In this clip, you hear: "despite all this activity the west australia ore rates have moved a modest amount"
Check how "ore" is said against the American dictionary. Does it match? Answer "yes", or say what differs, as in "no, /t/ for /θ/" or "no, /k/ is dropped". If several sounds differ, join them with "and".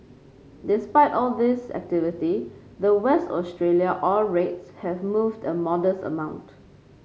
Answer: no, /l/ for /ɹ/